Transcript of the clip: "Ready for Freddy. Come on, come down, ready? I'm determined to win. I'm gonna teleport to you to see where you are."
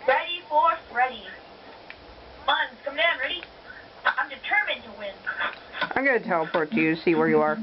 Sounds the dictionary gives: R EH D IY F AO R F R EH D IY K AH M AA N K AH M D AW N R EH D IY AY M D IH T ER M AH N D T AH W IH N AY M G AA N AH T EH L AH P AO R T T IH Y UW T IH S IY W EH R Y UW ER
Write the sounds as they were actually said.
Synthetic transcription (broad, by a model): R EH D IY F AO R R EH D IY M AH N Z K AH M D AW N R EH D IY AY M D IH T ER M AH N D T AH W IH N AY M G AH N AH T EH L AH P AO R T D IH Y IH S IY W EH R Y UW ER